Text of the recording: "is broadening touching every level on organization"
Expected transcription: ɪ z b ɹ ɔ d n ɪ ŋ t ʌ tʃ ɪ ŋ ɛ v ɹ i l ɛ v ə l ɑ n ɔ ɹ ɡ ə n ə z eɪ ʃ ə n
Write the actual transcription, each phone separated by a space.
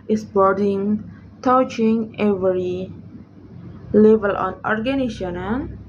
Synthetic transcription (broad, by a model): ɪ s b ɔ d ɪ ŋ t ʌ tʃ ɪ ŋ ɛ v ɹ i l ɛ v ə l ɑ n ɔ ɹ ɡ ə n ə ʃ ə n